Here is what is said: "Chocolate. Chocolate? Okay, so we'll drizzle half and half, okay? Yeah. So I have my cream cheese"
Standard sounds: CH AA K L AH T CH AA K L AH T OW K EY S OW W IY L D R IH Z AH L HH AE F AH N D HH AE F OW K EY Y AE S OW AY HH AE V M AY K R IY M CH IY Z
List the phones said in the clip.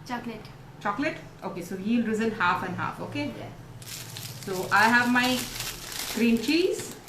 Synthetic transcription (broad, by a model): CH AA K L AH T CH AA K L AH T OW K EY S OW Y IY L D R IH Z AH N HH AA F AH N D HH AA F OW K EY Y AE S OW AY HH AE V M AY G R IY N CH IY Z